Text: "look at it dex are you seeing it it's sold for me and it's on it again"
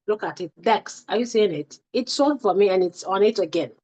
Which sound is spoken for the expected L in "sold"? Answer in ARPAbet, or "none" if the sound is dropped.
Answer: none